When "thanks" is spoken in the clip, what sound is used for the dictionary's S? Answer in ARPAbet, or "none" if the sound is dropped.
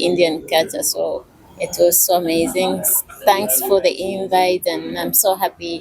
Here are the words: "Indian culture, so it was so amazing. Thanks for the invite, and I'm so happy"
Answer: S